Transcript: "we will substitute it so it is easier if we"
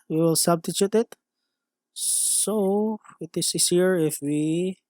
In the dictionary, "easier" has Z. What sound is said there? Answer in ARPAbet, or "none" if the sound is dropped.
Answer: S